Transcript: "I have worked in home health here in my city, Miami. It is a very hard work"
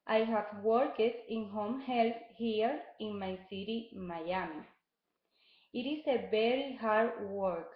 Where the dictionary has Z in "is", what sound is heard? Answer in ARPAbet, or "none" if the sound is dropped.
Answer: S